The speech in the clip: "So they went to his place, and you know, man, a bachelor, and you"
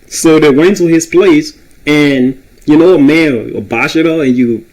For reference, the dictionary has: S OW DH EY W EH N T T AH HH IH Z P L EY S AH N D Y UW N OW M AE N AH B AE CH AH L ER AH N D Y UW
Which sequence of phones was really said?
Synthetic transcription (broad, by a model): S OW DH EY W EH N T T AH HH IH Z P L EY S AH N Y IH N OW M AE N AH B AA SH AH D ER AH N Y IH